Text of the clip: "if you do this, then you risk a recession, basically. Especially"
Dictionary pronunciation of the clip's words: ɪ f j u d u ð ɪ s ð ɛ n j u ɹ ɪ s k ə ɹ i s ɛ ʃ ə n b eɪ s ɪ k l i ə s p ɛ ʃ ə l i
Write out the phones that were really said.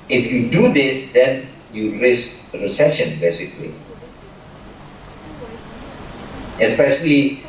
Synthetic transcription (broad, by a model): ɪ f j u d u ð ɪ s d ɛ n j u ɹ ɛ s ə ɹ i s ɛ ʃ ə n b eɪ s ɪ k l i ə s p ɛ ʃ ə l i